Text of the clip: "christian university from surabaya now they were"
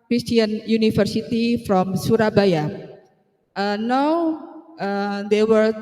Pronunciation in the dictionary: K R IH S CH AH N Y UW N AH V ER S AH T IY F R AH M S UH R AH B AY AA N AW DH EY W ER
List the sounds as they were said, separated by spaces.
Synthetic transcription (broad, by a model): K R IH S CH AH N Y UW N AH F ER S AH T IY F R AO M S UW R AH B AY AA N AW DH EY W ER